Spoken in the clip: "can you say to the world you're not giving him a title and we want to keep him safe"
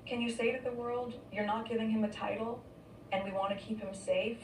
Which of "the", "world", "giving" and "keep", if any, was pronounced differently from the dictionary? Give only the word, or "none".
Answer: none